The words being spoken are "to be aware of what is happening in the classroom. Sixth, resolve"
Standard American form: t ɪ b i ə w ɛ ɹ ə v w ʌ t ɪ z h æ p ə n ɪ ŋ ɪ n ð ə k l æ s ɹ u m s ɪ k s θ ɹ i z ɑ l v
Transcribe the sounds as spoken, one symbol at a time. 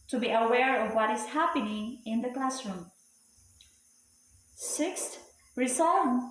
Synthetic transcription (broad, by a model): t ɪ b i ə w ɛ ɹ ə v w ʌ t ɪ z h æ p ə n ɪ ŋ ɪ n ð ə k l æ s ɹ u m s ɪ k s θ ɹ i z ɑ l